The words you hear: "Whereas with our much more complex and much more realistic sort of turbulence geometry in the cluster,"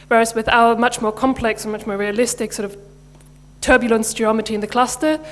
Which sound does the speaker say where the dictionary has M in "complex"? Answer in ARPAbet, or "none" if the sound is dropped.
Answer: M